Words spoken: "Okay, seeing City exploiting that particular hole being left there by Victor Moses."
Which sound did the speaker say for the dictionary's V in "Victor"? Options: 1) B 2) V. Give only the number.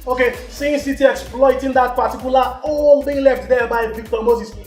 1